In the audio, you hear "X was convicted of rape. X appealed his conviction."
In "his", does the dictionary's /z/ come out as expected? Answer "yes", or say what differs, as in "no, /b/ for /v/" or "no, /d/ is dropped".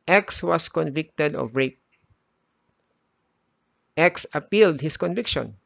no, /s/ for /z/